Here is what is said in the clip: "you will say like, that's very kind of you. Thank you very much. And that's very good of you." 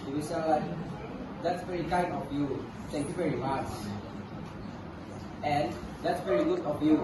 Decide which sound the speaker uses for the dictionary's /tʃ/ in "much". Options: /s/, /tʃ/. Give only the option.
/s/